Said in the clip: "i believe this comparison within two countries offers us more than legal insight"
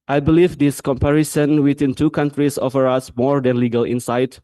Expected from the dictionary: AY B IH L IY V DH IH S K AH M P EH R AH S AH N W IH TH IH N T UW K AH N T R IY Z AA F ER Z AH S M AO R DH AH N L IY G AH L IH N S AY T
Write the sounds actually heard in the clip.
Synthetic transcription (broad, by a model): AY B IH L IY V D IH S K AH M P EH R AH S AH N W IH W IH N T UW K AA N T R IY S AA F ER AA S M AO R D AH N L IY G AH L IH N S AY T